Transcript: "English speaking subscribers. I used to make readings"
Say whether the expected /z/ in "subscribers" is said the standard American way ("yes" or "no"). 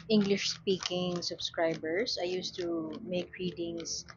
no